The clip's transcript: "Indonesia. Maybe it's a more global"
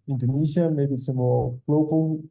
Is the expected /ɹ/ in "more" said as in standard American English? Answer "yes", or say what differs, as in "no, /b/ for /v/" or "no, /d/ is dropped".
no, /l/ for /ɹ/